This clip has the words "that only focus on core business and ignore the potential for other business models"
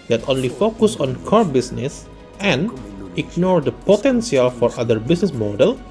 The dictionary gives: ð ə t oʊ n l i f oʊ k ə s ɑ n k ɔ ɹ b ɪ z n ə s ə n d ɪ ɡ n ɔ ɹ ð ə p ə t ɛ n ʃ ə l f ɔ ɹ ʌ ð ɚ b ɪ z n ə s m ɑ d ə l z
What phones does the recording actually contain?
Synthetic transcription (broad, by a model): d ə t oʊ n l i f oʊ k ə s ɑ n k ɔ ɹ b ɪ s n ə s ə n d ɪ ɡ n ɔ ɹ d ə p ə t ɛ n s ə l f ɔ ɹ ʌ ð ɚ b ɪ s n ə s m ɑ d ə l